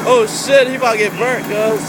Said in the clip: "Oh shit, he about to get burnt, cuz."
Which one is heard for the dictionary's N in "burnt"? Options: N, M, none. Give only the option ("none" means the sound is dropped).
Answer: none